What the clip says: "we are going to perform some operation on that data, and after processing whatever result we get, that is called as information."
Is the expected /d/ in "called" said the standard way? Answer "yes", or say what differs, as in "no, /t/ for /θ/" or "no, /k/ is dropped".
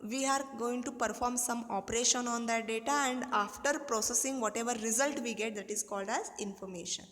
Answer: yes